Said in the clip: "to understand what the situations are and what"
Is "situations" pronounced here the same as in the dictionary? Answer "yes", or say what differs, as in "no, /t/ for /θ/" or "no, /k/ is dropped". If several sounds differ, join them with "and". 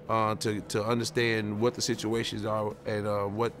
yes